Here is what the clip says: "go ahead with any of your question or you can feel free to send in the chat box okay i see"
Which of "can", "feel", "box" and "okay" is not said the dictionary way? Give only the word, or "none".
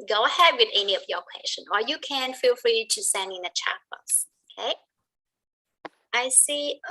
box